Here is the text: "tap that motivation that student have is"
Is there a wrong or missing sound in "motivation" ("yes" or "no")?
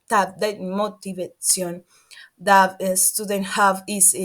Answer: yes